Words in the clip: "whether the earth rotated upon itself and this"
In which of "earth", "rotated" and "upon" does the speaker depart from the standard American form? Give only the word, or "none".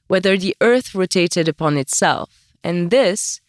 none